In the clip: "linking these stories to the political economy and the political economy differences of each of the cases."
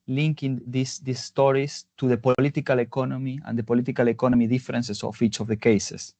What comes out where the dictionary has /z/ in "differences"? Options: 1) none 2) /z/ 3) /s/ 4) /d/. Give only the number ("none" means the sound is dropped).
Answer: 3